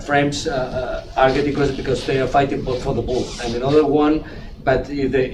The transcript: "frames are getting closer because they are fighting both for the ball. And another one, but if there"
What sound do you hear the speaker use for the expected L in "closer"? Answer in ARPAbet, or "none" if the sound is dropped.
none